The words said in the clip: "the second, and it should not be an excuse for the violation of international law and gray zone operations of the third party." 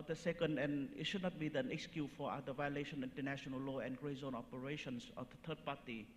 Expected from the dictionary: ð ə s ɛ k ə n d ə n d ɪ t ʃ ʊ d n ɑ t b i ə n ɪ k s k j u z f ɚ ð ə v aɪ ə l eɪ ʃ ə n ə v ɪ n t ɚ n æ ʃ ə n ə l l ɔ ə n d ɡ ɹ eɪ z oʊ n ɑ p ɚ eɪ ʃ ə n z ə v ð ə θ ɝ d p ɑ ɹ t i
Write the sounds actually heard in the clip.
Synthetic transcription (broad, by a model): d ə s ɛ k ə n d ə n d ɪ t ʃ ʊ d n ɑ t b i ə n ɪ k s k j u f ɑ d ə v aɪ ə l eɪ ʃ ə n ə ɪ n t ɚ n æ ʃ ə n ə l l ɔ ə n ɡ ɹ eɪ z oʊ n ɑ p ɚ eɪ ʃ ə n s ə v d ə t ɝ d p ɑ t i